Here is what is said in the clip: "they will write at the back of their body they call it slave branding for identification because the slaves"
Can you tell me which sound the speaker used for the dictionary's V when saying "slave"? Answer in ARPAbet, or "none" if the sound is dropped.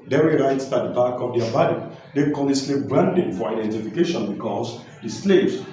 P